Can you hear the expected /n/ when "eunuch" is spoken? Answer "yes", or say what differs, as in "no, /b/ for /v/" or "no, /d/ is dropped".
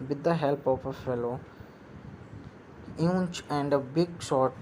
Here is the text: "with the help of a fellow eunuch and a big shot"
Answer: no, /n/ is dropped